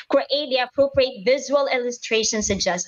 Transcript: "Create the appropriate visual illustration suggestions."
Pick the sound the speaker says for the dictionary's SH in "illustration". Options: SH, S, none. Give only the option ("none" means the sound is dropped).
SH